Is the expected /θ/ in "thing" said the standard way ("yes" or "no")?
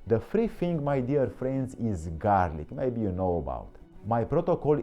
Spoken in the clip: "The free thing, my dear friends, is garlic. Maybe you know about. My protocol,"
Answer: no